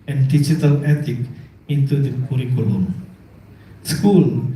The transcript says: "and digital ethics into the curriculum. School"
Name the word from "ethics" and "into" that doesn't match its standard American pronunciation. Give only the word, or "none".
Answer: ethics